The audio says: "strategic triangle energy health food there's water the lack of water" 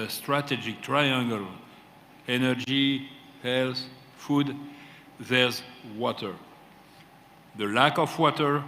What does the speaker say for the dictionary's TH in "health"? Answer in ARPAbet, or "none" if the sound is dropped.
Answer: S